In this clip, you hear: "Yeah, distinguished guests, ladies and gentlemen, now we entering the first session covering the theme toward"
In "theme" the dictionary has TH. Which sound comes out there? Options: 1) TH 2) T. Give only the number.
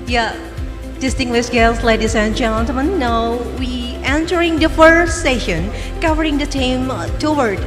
2